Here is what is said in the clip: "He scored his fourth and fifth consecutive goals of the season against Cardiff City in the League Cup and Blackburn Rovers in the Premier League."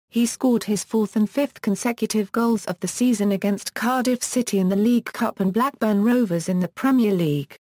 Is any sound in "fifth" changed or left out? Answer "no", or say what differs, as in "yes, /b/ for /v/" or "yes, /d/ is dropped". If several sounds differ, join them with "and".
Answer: no